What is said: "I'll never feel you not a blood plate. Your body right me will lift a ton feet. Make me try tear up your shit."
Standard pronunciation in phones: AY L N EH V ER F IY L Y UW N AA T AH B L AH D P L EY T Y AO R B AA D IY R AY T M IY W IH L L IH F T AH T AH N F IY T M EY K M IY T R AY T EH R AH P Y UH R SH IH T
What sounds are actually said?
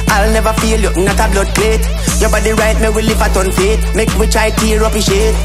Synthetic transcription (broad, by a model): AY L N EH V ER F IY L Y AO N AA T AH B L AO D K L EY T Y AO B AA D IY R AY T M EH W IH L L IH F AH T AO N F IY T M EY K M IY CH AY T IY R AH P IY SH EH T